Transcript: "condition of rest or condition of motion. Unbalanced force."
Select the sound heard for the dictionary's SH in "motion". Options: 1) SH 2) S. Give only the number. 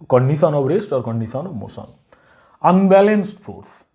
2